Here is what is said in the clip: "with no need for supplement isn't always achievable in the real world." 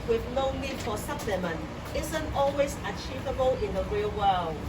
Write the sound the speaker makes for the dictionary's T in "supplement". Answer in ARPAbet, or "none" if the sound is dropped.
none